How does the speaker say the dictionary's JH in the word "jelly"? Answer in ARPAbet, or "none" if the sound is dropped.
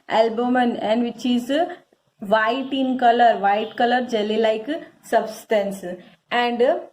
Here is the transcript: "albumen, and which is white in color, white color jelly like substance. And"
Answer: JH